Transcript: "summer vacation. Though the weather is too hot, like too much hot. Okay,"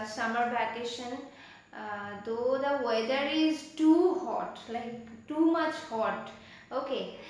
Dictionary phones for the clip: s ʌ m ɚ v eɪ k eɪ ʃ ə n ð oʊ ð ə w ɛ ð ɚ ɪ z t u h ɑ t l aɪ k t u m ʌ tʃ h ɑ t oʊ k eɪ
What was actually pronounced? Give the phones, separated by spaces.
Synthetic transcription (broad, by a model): s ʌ m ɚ b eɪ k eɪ ʃ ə n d oʊ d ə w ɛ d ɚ ɪ z t u h ɑ t l aɪ k t u m ʌ tʃ h ɑ t oʊ k eɪ